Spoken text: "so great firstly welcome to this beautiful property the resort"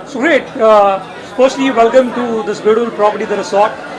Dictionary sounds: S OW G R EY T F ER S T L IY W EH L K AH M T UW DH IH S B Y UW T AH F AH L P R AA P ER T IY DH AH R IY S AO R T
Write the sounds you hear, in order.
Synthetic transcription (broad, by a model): S OW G R EY T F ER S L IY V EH L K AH M T UW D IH S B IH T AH AH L P R AA P ER T IY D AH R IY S AO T